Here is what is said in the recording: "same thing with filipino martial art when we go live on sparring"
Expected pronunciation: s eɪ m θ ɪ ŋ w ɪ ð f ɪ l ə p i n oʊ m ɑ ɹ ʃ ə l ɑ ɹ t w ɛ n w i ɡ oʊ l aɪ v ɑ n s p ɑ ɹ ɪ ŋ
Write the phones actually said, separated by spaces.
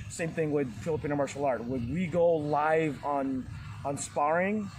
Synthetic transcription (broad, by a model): s eɪ m θ ɪ ŋ w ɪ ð f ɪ l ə p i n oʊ m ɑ ɹ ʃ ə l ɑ ɹ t w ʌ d w i ɡ oʊ l aɪ v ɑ n s p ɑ ɹ ɪ ŋ